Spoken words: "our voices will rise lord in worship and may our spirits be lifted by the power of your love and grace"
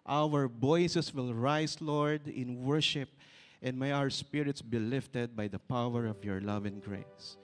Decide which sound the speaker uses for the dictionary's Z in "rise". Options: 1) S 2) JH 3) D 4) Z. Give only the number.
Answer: 1